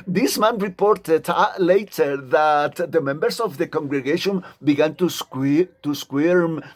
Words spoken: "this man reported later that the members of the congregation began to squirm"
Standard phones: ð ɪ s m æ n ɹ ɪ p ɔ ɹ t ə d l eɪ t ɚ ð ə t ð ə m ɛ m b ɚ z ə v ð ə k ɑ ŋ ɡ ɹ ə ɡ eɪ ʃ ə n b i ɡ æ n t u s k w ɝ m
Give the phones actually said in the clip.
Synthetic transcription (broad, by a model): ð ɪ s m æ n ɹ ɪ p ɔ ɹ t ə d l eɪ t ɚ ð ə t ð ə m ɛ m b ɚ s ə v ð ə k ɑ ŋ ɡ ɹ ə ɡ eɪ ʃ ə n b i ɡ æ n t u s k w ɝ m